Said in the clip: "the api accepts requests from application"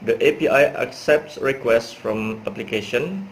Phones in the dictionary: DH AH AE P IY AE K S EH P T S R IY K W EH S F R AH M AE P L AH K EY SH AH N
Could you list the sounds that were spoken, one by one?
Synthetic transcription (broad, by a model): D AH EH P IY AE K S EH P T S R IY K W EH S F R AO M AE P L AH K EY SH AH N